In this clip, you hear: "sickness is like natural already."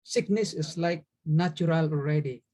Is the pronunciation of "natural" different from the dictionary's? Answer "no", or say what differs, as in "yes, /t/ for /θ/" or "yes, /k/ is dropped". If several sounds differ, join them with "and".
yes, /ɹ/ is dropped